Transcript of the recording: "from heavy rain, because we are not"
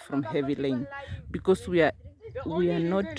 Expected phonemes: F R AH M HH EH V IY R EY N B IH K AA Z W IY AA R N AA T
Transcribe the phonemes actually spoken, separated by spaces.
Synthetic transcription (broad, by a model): F R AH M HH EH V IY L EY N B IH K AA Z W IY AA W N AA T